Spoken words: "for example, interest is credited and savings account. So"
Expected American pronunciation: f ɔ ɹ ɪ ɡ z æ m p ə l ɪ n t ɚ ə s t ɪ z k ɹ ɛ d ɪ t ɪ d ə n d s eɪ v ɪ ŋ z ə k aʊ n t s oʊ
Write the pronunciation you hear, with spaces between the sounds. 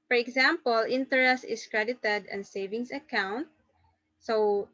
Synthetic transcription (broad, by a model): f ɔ ɹ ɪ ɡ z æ m p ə l ɪ n t ɚ ə s t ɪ s k ɹ ɛ d ɪ t ɪ d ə n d s eɪ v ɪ ŋ s ə k aʊ n t s oʊ